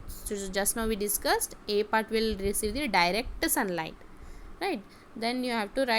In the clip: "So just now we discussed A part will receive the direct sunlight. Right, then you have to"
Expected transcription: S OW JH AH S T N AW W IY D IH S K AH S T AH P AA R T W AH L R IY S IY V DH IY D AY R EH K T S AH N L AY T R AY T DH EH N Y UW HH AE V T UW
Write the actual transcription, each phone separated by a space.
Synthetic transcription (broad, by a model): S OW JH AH S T N AW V IY D IH S K AH S T AH P AA R T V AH L R IY S IY V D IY D AY R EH K T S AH N L AY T R AY T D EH N Y UW HH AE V T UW